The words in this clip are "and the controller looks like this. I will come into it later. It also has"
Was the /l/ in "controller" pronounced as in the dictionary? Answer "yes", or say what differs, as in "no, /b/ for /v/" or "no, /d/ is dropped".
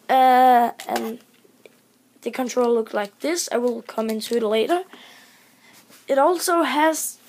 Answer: no, /l/ is dropped